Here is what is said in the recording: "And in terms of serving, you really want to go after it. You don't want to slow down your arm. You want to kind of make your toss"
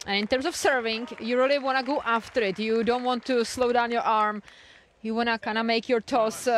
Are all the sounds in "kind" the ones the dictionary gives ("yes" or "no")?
no